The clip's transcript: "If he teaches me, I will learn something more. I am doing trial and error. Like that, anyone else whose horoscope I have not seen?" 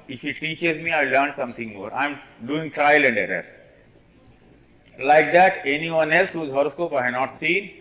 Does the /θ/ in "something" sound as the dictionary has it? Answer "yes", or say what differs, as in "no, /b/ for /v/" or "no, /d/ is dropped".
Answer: no, /t/ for /θ/